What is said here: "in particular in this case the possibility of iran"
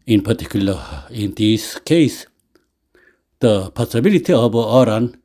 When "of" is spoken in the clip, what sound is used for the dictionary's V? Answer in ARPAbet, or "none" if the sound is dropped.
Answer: B